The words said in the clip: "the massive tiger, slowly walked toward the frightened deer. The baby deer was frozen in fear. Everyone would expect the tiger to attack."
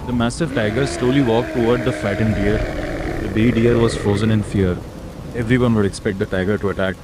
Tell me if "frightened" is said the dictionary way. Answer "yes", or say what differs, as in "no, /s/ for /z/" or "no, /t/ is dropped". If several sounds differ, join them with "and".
no, /ɹ/ is dropped